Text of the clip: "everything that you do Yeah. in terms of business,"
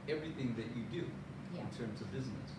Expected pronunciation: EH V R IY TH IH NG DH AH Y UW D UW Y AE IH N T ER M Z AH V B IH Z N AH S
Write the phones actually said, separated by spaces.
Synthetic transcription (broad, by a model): EH V R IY TH IH NG DH AH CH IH D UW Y IH N T ER M Z AH V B IH Z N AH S